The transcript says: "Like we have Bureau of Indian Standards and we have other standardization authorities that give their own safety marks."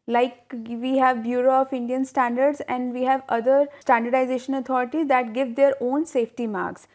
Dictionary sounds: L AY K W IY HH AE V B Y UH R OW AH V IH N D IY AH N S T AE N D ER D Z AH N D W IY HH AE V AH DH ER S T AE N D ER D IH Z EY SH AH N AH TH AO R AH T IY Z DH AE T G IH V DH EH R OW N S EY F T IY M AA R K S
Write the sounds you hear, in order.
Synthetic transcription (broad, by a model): L AY K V IY HH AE V B Y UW R OW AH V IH N D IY AH N S T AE N D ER D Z AH N D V IY HH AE V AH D ER S T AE N D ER D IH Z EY SH AH N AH T AO R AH T IY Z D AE T G IH V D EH R OW N S EY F T IY M AA R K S